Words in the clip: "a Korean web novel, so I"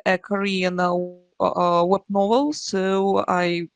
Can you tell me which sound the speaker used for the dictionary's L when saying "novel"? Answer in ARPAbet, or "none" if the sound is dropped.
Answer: L